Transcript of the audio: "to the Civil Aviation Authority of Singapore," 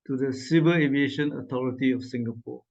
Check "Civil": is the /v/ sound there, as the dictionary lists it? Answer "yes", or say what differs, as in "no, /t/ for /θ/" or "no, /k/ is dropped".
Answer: no, /b/ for /v/